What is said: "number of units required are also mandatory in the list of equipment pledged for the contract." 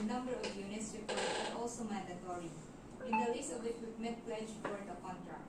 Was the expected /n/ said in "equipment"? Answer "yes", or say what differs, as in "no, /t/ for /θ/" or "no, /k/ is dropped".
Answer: no, /n/ is dropped